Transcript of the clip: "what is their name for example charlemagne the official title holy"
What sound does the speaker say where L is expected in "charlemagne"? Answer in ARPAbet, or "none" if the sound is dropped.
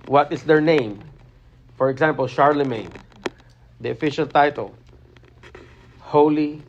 L